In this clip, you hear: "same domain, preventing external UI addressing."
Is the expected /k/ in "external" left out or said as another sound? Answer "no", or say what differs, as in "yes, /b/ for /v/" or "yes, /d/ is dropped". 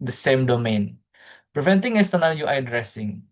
yes, /k/ is dropped